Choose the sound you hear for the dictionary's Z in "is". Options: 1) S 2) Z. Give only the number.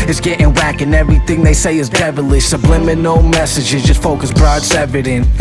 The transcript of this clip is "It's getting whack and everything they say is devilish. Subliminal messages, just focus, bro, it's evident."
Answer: 2